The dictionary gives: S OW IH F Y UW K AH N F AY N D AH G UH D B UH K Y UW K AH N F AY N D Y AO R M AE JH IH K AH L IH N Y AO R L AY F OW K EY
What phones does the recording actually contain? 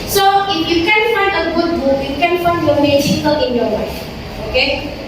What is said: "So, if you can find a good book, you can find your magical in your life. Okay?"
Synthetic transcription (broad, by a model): S OW IH F Y UW K AH N F AY N D AH G UH D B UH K Y UW K AH N F AY N D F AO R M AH SH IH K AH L IH N Y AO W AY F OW K EY